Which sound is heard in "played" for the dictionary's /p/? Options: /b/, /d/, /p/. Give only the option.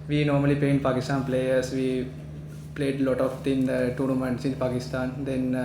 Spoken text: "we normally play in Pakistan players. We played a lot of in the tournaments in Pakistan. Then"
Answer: /p/